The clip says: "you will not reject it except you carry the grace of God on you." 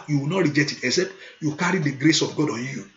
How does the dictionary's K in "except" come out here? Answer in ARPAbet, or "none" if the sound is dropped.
none